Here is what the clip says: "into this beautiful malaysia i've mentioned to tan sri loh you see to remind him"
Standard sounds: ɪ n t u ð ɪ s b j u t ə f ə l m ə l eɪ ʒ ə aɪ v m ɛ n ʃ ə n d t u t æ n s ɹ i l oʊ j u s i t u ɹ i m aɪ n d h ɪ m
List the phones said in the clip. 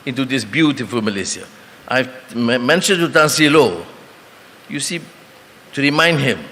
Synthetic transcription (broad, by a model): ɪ n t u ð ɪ s b j u t ə f ə l m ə l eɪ s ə aɪ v m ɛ n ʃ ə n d t u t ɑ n s i l oʊ j u s i t u ɹ i m aɪ n d h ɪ m